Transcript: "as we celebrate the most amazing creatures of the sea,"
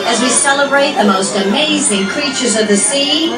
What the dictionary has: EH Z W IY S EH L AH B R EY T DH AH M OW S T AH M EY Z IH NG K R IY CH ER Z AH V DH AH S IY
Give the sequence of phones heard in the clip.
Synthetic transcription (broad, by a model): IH Z W IY S EH L AH B R EY T DH AH M OW S T AH M EY Z IH NG K R IY CH ER Z AH V DH AH S IY